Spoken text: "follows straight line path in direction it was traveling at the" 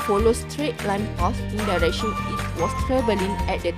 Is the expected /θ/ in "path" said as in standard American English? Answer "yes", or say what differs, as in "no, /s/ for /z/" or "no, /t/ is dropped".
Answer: no, /s/ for /θ/